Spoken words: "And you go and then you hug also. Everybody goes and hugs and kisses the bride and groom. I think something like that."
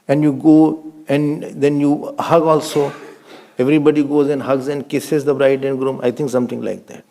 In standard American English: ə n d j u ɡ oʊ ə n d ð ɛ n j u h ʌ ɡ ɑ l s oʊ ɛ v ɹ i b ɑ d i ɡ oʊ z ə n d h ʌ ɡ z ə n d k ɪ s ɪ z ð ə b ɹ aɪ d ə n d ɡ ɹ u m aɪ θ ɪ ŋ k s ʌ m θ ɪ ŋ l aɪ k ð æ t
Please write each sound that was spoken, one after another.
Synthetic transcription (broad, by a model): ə n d j u ɡ oʊ ə n d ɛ n j u h ʌ ɡ ɑ l s oʊ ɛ v ɹ i b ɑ d i ɡ oʊ z ə n d h ʌ ɡ z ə n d k ɪ s ɪ z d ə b ɹ aɪ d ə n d ɡ ɹ u m aɪ t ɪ ŋ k s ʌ m t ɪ ŋ l aɪ k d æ t